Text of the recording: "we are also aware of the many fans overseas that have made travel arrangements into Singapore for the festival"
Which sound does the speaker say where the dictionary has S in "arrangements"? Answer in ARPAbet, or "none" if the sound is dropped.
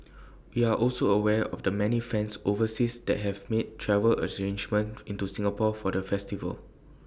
none